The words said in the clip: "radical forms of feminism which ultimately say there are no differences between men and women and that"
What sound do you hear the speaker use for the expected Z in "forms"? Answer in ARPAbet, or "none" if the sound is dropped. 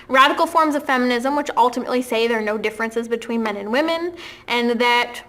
Z